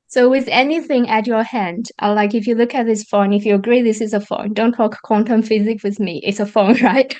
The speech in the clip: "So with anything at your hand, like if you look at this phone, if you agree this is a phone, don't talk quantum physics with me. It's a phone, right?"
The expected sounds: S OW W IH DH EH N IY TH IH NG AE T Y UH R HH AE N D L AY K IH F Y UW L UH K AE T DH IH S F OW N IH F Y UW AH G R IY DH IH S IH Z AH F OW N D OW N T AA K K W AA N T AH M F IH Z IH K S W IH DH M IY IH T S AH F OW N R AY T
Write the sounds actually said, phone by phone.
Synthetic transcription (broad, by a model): S OW W IH DH EH N IY TH IH NG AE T Y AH R HH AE N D L AY K IH F Y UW L UH K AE T DH IH S F OW N IH F Y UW AH G R IY DH IH S IH Z AH F OW N D OW N T AA K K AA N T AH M F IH Z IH K W IH DH M IY IH T S AH F OW N R AY T